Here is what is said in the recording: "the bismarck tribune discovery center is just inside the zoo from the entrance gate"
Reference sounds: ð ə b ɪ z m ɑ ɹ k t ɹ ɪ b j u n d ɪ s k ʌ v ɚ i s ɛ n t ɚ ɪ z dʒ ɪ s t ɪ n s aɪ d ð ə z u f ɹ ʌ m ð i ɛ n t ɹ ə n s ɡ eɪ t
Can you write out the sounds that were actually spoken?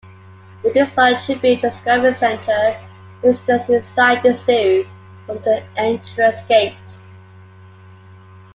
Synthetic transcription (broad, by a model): ð ə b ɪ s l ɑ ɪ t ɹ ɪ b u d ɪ s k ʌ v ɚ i s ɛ n t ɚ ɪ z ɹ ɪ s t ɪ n s aɪ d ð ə s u f ɹ ʌ m ð i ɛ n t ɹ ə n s ɡ eɪ t